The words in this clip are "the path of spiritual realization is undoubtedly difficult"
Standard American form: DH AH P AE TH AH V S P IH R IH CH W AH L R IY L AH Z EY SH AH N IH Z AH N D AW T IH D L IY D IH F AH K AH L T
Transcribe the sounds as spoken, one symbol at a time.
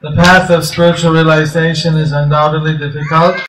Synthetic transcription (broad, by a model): DH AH P AE TH AH V S P IH R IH CH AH L R IY L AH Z EY SH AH N IH Z AH N D AW T IH D L IY D IH F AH K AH L T